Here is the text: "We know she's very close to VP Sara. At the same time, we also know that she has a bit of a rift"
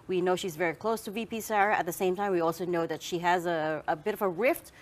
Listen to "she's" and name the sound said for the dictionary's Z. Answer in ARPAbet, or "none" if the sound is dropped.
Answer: Z